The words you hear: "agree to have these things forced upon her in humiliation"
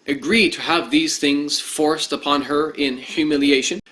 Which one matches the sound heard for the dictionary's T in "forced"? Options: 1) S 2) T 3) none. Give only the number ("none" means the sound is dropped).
2